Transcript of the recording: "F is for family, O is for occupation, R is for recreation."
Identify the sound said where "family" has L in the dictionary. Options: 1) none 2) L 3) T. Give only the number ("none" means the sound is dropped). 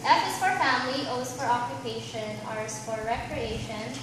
2